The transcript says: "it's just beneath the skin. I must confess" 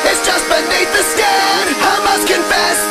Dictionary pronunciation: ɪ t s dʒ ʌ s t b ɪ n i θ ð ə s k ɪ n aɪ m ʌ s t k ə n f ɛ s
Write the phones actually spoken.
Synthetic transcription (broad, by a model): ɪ t s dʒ ʌ s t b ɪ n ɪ t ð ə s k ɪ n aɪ m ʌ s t k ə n f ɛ s